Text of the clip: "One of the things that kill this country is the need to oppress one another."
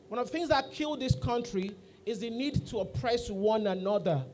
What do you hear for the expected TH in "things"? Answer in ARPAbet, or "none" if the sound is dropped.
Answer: TH